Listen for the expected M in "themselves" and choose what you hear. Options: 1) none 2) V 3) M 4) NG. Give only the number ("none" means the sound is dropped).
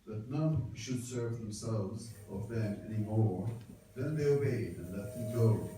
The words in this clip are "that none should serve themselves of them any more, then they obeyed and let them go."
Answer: 3